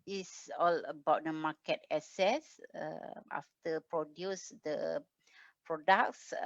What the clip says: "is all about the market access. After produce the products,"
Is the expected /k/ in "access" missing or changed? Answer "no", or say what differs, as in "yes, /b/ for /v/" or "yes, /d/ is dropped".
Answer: yes, /k/ is dropped